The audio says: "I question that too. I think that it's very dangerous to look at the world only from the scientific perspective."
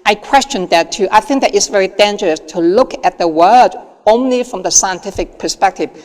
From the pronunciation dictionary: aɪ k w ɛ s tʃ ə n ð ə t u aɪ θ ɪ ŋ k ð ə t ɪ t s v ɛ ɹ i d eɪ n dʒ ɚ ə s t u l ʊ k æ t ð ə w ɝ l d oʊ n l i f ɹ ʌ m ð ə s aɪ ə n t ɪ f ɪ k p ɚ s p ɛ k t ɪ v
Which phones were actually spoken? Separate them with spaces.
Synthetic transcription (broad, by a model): aɪ k w ɛ s tʃ ə n ð ə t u aɪ θ ɪ ŋ k ð ə t ɪ t s v ɛ ɹ i d eɪ n dʒ ɚ ə s t u l ʊ k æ t ð ə w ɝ d oʊ n l i f ɹ ʌ m ð ə s aɪ ə n t ɪ f ɪ k p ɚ s p ɛ k t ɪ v